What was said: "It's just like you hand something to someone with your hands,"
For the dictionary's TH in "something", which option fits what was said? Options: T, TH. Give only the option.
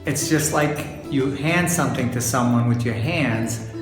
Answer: TH